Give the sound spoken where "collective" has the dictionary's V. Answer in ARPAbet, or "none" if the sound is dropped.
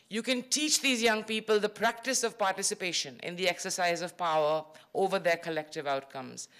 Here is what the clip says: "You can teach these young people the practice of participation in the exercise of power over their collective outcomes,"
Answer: V